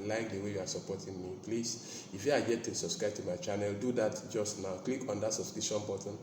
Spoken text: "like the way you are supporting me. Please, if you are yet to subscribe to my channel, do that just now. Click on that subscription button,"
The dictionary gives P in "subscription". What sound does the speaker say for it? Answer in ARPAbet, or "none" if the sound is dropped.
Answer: none